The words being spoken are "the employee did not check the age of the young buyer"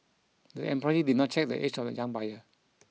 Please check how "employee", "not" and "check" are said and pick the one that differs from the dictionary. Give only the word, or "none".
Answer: employee